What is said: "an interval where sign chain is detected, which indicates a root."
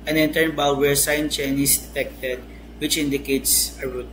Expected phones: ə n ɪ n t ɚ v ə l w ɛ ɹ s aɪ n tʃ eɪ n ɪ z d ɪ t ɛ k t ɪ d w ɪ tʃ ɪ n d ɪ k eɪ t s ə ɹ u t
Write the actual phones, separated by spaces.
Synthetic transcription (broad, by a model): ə n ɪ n t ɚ b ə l w ɛ ɹ s aɪ n tʃ eɪ n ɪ s d ɪ t ɛ k t ɪ d w ɪ tʃ ɪ n d ɪ k eɪ t s ə ɹ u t